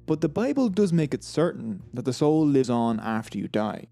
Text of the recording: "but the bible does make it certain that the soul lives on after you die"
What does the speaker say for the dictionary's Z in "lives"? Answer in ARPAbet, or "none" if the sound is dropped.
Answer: Z